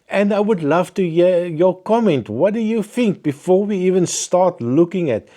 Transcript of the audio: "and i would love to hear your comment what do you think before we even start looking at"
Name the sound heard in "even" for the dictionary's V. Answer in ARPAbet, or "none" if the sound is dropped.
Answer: V